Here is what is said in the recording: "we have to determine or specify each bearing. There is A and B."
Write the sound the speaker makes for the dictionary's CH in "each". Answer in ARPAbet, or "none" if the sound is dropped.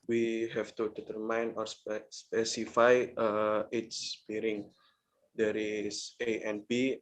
S